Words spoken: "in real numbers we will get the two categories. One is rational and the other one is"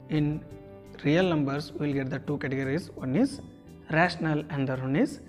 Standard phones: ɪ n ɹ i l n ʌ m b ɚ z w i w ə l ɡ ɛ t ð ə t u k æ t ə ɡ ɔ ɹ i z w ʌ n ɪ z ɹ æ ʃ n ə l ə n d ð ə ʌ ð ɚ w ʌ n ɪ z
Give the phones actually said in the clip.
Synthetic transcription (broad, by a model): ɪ n ɹ i l n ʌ m b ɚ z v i l ɡ ɛ t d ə t u k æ t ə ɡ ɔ ɹ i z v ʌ n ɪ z ɹ æ ʃ n ə l ə n d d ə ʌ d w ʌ n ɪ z